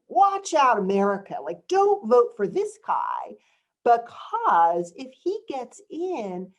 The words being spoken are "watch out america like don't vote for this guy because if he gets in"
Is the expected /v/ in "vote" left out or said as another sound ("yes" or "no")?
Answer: no